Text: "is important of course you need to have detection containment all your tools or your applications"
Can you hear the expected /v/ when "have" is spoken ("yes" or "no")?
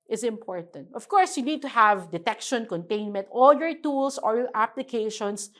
yes